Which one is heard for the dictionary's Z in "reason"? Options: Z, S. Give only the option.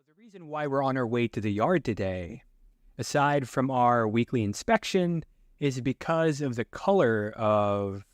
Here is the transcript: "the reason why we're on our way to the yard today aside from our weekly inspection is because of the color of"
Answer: Z